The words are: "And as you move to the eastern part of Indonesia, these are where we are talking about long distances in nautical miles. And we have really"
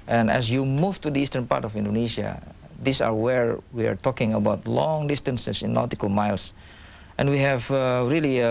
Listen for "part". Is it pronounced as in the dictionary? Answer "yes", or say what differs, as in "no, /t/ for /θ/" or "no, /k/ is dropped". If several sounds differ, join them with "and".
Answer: yes